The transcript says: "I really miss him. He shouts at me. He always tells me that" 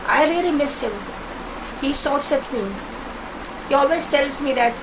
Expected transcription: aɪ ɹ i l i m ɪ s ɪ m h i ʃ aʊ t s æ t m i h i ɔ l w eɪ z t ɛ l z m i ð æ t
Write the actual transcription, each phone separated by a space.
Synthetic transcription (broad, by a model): aɪ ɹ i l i m ɪ s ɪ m h i s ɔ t s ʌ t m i h i ɔ l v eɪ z t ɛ l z m i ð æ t